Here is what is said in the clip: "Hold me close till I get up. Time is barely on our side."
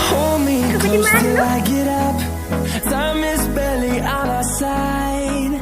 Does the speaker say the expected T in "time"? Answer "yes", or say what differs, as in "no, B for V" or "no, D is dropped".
no, S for T